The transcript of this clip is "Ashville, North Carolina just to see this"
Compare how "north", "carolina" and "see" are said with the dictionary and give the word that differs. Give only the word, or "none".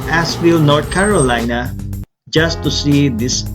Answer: north